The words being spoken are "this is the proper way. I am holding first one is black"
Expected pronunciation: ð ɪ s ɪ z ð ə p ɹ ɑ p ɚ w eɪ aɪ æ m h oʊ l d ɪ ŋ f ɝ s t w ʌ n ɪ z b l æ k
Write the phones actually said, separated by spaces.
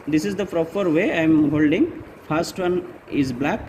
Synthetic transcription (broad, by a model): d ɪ s ɪ z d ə p ɹ ɑ p ɚ w eɪ aɪ m h oʊ l d ɪ ŋ p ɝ s t w ʌ n ɪ z b l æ k